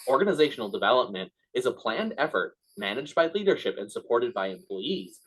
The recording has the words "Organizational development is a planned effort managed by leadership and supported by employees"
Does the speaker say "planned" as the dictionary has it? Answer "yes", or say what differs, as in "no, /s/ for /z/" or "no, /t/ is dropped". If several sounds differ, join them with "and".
yes